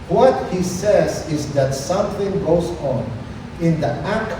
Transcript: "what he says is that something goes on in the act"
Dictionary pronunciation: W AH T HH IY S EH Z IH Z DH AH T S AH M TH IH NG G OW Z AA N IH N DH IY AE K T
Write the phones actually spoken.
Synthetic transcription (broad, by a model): W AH T HH IY S EH Z IH Z DH AH T S AH M TH IH NG G OW Z N IH N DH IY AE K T